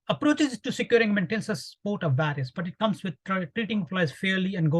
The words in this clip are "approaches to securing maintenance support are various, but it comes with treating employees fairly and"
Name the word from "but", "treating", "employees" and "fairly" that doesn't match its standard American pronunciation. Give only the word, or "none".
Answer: employees